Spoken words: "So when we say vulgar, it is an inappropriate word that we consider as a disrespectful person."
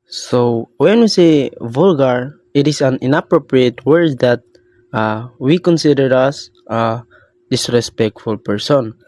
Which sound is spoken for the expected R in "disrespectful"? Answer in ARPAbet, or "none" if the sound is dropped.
R